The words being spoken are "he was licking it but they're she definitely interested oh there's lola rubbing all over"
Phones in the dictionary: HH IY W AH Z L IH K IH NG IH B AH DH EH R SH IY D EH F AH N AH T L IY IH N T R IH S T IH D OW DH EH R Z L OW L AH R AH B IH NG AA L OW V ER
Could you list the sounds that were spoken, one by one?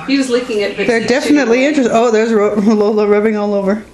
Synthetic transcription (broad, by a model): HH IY W AH Z L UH K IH NG IH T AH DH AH R D EH F AH N AH T L IY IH N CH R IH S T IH UH DH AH R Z L OW L AH R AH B IH NG AA L OW V ER